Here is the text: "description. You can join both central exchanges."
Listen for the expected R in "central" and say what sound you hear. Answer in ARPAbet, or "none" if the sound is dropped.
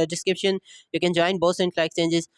L